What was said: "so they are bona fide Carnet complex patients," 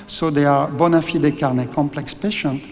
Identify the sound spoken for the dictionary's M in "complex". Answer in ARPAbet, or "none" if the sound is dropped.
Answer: M